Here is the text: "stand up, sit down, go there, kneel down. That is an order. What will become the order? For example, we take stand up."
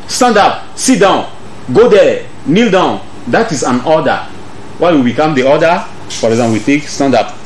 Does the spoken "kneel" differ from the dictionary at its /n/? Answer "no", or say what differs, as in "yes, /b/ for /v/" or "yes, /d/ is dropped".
no